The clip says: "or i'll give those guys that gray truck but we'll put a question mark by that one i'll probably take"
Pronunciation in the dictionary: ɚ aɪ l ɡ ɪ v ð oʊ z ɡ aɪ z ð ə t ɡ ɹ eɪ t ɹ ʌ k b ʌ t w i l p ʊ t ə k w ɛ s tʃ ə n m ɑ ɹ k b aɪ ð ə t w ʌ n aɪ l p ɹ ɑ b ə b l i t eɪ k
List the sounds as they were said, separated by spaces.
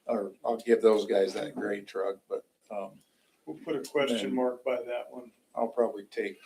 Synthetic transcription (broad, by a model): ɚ aɪ l ɡ ɪ v ð oʊ z ɡ aɪ z ð ə t ɡ ɹ eɪ t ɹ ʌ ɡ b ʌ t w i l p ʊ t ə k w ɛ s tʃ ə n m ɑ ɹ k b aɪ ð ə t w ʌ n aɪ l p ɹ ɑ b ə b l i t eɪ k